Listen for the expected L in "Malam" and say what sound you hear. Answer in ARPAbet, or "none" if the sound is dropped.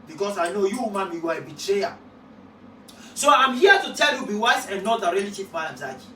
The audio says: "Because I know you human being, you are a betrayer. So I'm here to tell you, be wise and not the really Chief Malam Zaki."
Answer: none